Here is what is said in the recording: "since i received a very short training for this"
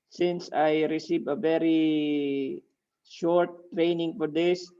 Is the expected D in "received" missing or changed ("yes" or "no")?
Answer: yes